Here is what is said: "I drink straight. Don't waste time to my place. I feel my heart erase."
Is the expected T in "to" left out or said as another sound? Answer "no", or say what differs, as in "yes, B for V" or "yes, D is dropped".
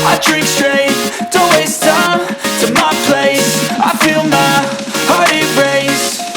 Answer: no